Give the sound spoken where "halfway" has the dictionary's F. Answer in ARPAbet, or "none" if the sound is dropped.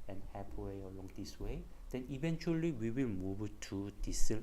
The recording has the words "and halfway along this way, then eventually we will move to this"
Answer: P